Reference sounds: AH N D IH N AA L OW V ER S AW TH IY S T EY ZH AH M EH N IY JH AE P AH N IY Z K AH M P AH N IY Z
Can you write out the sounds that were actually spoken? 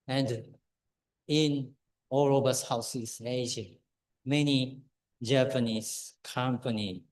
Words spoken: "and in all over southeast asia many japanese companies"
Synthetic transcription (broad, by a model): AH N D IH N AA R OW B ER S AW S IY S EY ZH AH M EH N IY JH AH P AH N IY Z K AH M P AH N IY